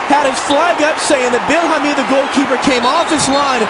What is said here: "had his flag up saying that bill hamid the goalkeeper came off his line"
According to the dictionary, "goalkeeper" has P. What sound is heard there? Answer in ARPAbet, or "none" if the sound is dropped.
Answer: P